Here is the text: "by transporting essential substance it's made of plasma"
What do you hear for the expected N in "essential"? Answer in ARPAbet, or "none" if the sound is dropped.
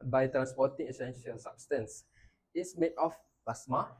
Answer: N